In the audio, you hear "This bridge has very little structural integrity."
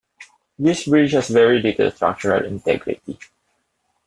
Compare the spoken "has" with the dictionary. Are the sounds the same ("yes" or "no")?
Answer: no